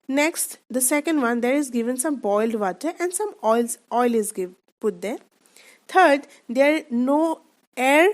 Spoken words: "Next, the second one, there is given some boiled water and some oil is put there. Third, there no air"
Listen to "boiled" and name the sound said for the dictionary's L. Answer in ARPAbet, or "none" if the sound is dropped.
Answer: L